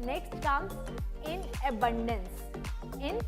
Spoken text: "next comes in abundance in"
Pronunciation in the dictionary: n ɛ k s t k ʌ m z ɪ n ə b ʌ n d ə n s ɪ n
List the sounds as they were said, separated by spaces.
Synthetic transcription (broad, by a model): n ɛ k s t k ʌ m ɪ n ə b ʌ n d ə n s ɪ n